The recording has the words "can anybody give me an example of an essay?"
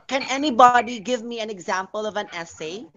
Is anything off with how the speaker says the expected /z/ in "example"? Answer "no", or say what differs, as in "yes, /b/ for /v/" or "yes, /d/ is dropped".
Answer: no